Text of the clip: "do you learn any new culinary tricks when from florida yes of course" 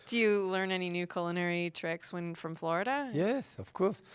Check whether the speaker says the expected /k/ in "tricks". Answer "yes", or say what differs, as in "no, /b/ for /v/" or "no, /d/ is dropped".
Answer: yes